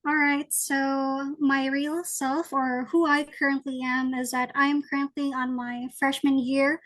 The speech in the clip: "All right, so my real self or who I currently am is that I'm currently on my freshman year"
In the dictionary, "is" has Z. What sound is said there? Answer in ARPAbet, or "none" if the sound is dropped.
Z